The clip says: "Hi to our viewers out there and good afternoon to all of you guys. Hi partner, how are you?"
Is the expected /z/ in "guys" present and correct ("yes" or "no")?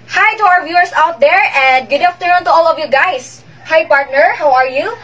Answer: no